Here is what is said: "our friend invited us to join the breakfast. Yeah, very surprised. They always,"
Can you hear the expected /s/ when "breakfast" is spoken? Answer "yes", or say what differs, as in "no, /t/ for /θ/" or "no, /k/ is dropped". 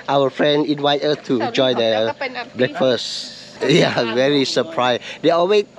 yes